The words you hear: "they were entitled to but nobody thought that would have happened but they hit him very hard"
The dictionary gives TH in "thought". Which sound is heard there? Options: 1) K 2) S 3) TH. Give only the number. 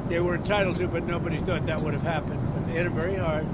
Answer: 3